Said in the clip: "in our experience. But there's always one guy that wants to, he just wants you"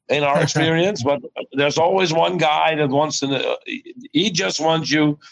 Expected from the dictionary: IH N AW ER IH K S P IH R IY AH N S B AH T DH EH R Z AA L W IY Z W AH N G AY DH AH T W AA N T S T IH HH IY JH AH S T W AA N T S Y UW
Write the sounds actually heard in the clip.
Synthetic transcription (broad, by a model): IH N AW ER IH K S P IH R IY AH N S B AH T DH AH R Z AA L W IY Z W AH N G AY DH AH T W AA N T S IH HH IY JH AH S T W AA N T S Y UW